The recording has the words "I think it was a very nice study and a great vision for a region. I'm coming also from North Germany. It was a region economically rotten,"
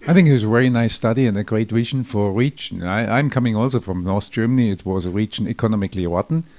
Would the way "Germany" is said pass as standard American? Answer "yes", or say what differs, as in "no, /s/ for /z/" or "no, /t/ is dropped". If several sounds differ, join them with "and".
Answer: yes